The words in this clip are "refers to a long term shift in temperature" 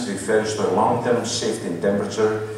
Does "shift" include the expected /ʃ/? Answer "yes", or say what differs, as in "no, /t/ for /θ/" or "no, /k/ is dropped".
no, /s/ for /ʃ/